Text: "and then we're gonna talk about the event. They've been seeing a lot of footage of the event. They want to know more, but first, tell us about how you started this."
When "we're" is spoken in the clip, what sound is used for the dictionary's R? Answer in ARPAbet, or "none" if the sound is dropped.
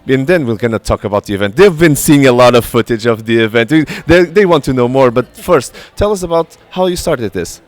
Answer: L